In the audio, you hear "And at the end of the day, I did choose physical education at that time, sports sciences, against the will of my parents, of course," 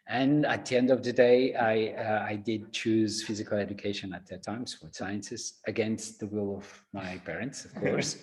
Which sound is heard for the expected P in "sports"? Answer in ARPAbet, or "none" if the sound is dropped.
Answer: F